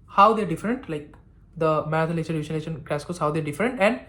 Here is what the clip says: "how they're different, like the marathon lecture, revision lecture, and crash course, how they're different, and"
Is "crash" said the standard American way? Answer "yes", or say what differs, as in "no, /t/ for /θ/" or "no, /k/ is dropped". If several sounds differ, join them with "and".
no, /s/ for /ʃ/